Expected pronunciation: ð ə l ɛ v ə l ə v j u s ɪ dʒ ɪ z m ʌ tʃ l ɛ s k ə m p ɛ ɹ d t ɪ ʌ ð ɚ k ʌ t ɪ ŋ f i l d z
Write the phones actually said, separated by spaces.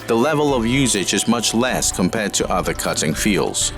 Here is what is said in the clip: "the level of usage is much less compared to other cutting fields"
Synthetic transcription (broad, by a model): ð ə l ɛ v ə l ə v j u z ɪ dʒ ɪ z m ʌ tʃ l ɛ s k ə m p ɛ ɹ d t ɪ ʌ ð ɚ k ʌ t ɪ ŋ f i l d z